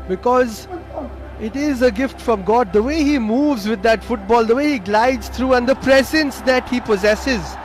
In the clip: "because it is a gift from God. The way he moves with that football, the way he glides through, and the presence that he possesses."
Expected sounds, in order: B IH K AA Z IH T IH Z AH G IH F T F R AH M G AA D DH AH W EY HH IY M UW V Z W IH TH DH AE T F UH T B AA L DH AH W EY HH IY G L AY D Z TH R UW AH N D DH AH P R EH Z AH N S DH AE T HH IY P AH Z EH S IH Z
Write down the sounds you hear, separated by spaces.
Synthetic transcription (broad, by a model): B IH K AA Z IH T IH Z AH G IH F T F R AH M G AA D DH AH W EY HH IY M UW V Z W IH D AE T F UH T B AA L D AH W EY HH IY G L AY D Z T R UW AH N D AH P R EH Z AH N S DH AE T HH IY P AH Z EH S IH Z